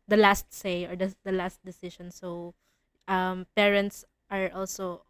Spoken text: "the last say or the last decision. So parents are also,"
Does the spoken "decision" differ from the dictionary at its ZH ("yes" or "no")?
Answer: yes